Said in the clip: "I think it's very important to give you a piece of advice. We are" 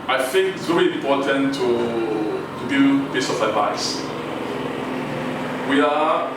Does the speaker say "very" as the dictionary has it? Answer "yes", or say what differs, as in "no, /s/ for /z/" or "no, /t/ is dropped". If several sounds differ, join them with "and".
no, /l/ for /ɹ/